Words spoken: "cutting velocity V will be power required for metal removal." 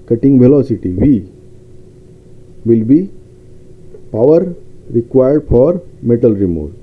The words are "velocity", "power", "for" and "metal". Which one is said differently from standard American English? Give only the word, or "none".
none